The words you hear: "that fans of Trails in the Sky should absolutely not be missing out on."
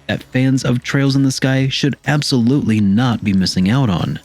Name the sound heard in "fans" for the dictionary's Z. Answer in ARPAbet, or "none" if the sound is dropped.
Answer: Z